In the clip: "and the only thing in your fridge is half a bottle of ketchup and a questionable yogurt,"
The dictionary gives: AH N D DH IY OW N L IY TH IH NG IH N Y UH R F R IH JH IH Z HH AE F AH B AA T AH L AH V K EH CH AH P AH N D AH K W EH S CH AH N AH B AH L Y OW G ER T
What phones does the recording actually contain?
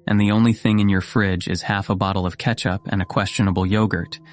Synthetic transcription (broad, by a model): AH N DH IY OW N L IY TH IH NG IH N Y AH R F R IH JH IH Z HH AE F AH B AA T L AH V K EH CH AH P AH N AH K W EH S CH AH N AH B L Y OW G ER T